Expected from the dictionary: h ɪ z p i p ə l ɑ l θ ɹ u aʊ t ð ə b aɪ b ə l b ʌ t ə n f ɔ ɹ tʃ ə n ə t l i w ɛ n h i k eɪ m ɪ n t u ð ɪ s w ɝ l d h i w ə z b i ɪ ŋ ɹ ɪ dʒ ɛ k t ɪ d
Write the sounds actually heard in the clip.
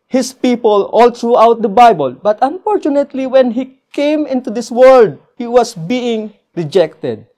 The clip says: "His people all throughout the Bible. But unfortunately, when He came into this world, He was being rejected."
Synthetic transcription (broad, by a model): h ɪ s p i p ə l ɑ l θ ɹ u aʊ t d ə b aɪ b ə l b ʌ t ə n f ɔ ɹ tʃ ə n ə t l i w ɛ n h i k eɪ m ɪ n t u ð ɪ s w ɝ l d h i w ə s b i ɪ ŋ ɹ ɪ dʒ ɛ k t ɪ d